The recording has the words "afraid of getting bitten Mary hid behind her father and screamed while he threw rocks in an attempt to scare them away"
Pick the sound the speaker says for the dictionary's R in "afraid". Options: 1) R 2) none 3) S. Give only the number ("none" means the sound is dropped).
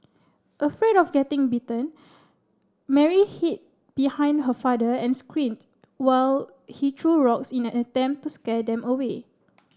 1